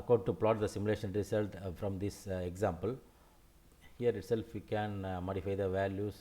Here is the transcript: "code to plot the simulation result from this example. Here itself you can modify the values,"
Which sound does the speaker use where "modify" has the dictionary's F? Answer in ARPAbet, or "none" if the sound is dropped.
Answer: F